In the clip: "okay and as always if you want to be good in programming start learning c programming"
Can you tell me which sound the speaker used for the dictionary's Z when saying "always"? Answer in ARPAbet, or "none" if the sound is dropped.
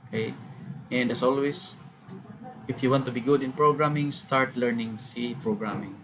S